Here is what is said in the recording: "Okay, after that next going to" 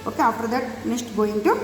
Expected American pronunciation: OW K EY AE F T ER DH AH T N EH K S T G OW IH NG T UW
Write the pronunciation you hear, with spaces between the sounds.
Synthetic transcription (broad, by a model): OW K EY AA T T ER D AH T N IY S T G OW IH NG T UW